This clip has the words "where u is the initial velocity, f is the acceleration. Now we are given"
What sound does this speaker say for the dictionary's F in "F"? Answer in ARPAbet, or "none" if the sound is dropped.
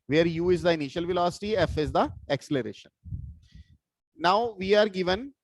F